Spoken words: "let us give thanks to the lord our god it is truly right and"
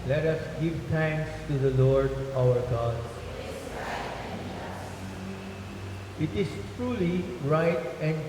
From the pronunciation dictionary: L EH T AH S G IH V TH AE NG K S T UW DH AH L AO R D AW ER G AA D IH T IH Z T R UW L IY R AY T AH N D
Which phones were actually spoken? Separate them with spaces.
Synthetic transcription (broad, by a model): L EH T AH S G IH V T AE NG K S T UW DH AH L AO R D AW ER G AA D IH T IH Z T R UW L IY R AY T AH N